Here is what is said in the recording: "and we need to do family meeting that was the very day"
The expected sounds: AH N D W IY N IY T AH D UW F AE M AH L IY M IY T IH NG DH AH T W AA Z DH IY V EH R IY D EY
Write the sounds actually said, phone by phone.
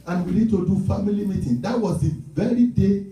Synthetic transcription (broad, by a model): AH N W IY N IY T AH D UW F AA M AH L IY M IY T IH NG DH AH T W AA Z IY V EH R IY D EY